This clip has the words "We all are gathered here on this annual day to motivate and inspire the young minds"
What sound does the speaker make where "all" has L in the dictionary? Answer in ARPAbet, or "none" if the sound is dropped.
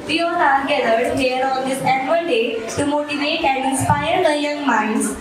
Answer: N